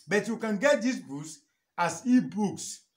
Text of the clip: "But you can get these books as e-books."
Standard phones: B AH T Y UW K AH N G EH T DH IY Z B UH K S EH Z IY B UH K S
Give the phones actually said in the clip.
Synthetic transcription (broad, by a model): B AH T Y UW K AH N G EH T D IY S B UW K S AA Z IY B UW K S